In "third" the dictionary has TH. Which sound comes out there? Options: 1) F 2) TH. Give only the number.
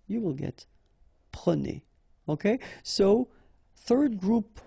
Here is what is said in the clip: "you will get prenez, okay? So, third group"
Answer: 2